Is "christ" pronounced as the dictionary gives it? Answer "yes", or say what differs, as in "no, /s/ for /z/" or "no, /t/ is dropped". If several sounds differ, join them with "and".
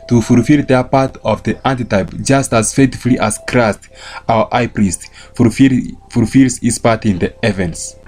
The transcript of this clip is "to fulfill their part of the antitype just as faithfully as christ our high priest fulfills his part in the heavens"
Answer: yes